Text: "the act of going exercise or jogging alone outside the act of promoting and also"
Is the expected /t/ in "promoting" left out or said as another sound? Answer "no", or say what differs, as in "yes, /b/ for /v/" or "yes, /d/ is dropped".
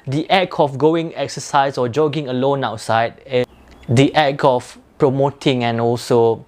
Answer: no